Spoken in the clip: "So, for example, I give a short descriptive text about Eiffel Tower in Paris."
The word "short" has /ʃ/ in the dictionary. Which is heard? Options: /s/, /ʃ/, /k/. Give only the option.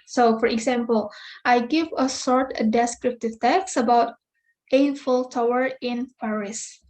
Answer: /s/